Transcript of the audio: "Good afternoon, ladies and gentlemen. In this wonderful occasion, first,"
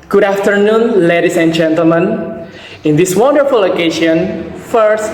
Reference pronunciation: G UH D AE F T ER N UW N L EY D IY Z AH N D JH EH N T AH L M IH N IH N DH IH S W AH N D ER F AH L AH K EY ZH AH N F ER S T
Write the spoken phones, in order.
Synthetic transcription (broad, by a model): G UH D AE F T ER N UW N L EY D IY S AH N JH EH N T AH L M IH N IH N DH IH S W AH N D ER F AH L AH K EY SH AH N F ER S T